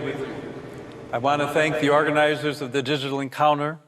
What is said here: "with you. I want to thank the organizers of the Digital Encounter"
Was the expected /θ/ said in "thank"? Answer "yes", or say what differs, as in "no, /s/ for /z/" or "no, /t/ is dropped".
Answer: yes